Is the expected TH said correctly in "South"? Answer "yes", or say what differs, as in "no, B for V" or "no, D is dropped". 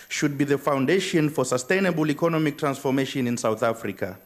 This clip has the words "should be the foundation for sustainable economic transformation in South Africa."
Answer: yes